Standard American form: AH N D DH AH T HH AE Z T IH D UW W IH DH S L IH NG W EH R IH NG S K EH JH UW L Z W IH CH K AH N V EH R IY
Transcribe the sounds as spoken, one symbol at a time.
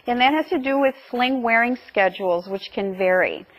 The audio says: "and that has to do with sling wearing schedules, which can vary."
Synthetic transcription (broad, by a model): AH N DH AH T HH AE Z T IH D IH W IH DH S L IH NG W EH R IH NG S K EH JH UW L Z W IH CH K AH N V EH R IY